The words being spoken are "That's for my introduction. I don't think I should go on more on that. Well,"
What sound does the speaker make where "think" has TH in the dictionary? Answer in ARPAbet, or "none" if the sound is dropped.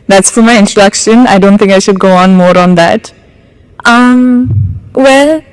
TH